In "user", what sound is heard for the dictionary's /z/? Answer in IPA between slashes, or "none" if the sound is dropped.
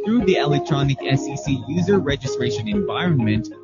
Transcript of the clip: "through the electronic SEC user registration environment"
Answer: /z/